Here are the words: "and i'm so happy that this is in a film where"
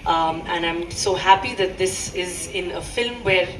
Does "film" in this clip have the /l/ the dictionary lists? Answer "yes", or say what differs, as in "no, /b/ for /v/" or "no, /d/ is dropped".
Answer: yes